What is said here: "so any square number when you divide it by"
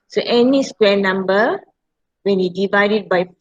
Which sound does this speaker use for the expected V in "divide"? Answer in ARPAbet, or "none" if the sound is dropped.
V